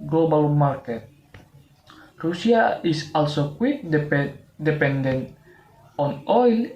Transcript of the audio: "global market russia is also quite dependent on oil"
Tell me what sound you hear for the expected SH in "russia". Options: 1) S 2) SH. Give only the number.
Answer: 1